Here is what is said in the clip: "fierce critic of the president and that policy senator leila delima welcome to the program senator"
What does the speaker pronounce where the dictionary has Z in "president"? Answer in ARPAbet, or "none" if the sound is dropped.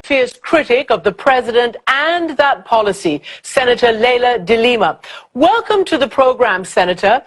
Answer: Z